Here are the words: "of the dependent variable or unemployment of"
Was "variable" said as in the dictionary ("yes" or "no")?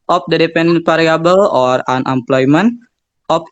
no